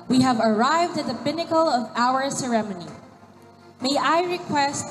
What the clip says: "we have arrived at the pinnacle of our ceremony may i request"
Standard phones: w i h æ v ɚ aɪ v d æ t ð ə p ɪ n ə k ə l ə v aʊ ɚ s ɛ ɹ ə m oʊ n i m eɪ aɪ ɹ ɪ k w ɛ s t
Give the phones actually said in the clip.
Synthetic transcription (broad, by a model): w i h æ v ɚ aɪ v d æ t ð ə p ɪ n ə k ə l ə v aʊ ɚ s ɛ ɹ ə m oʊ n i m eɪ aɪ ɹ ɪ k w ɛ s t